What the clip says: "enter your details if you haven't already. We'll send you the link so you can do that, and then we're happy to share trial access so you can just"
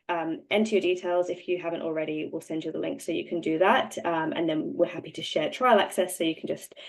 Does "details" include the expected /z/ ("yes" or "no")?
yes